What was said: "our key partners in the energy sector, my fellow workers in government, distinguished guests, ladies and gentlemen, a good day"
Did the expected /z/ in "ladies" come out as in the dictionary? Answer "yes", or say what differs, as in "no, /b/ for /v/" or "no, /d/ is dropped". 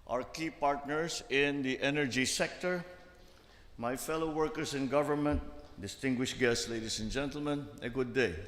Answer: no, /s/ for /z/